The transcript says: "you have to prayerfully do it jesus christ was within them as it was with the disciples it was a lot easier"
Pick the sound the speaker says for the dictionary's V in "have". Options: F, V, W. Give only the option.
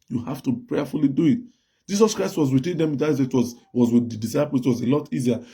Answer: F